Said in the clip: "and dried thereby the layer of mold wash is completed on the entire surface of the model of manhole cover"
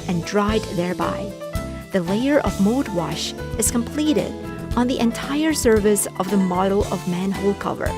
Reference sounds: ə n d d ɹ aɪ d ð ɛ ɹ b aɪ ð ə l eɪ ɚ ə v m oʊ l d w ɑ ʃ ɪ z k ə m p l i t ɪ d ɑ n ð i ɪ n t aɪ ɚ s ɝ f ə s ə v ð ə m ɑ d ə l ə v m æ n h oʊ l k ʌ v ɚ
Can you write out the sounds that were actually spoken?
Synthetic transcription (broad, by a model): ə n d d ɹ aɪ d ð ɛ ɹ b aɪ ð ə l eɪ ɚ ə v m oʊ d w ɑ ʃ ɪ z k ə m p l i t ɪ d n ð i ɪ n t aɪ ɚ s ɝ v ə s ə v ð ə m ɑ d l ə v m æ n h oʊ l k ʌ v ɚ